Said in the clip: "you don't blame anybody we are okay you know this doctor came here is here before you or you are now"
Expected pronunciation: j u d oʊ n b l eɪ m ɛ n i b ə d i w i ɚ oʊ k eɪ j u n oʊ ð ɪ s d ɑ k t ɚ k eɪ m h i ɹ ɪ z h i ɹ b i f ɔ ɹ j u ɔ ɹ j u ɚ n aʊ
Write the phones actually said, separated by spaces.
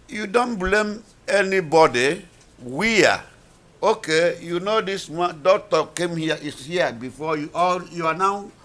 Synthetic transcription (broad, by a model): j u d oʊ n b l eɪ m ɛ n i b ə d i w i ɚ oʊ k eɪ j u n oʊ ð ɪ s d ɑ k t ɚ k eɪ m h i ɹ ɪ s h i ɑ b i f ɔ j u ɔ l j u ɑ n aʊ